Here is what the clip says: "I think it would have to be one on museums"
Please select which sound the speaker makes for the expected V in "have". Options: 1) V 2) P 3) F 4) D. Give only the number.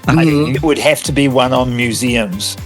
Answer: 3